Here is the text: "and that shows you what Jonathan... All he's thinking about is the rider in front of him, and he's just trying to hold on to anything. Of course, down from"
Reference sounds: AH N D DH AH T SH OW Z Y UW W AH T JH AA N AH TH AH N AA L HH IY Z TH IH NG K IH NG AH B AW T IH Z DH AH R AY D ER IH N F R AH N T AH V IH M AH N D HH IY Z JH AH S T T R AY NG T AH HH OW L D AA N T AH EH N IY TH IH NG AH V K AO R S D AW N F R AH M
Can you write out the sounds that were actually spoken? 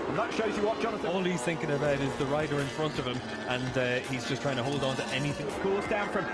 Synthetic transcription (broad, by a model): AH N DH AH T SH OW Z Y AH W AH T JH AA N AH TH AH AA L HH IY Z TH IH NG K IH NG AH B AW T IH Z DH AH R AY D ER IH N F R AH N T AH V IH M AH N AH HH IY Z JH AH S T T R AY NG T AH HH OW L D N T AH EH N IY TH IH NG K AO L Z D AW N F R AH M